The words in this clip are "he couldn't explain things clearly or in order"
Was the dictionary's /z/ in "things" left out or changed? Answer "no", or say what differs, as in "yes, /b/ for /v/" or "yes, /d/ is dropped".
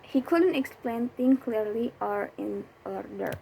yes, /z/ is dropped